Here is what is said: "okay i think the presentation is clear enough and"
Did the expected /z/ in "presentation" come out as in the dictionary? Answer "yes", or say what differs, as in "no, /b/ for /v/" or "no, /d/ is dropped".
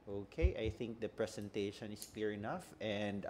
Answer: no, /s/ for /z/